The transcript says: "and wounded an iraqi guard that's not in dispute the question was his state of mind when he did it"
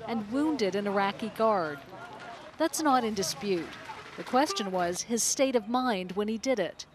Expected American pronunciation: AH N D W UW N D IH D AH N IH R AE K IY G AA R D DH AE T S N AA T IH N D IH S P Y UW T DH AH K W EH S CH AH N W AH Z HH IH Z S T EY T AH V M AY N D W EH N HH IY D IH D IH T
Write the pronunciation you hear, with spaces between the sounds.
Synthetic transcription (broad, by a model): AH N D W UW N D IH D AH N IH R AE K IY G AA R D DH AE T S N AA T IH N D IH S P Y UW T DH AH K W EH S CH AH N W AH Z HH IH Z S T EY T AH V M AY N D W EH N IY D IH D IH T